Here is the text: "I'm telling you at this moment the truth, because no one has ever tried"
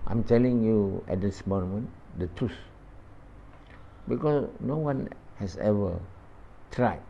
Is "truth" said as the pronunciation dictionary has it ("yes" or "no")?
no